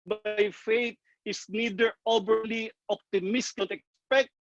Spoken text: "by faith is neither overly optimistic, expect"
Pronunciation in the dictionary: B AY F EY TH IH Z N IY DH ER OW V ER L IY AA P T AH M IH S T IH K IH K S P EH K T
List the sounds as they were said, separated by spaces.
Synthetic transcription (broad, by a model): B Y F EY T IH S N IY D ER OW B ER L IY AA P T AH M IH S T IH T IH K S P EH K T